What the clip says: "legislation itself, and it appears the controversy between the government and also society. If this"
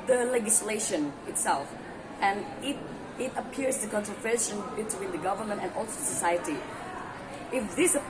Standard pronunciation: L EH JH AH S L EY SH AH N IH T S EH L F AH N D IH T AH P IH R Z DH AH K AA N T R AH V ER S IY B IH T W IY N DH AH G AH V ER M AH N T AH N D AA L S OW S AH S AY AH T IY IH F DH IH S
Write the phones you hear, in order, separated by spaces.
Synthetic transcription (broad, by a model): L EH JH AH S L EY SH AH N IH T S EH L F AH N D IH T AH P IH R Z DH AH K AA N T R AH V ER SH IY B IH T W IY N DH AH G AH V ER M AH N T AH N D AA L S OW S AH S AY AH T IY IH F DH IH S